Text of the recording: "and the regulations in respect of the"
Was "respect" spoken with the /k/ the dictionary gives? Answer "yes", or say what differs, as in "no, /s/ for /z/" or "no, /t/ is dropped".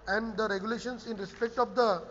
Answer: yes